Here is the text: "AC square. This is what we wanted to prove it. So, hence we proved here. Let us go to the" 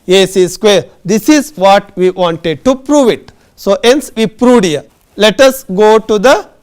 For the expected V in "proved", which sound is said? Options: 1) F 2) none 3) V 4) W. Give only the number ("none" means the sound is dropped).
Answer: 2